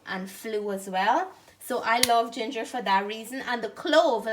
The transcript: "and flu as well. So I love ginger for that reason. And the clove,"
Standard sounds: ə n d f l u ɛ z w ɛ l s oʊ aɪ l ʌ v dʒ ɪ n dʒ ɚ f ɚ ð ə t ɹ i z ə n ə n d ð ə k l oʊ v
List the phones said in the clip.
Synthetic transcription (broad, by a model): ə n f l u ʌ z w ɛ l s oʊ aɪ l ʌ v dʒ ɪ n dʒ ɚ f ɚ ð ə t ɹ i z ə n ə n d ð ə k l oʊ v